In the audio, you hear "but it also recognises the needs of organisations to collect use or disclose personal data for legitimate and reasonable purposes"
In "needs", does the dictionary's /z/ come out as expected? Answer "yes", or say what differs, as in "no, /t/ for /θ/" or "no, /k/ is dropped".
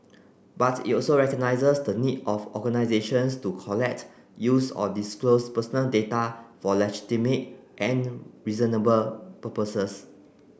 no, /z/ is dropped